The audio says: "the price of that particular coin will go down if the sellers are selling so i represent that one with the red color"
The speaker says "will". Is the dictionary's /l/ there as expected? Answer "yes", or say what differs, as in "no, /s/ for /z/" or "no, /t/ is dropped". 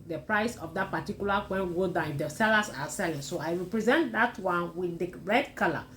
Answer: no, /n/ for /l/